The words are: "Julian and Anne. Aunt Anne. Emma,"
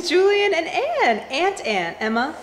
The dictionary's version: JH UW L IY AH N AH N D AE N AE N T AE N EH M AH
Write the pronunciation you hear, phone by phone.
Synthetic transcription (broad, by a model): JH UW L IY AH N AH N AE N AE N T AE N EH M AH